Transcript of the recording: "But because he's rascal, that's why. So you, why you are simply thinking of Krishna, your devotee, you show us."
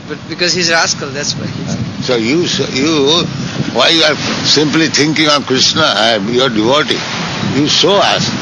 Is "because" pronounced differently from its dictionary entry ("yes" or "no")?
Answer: no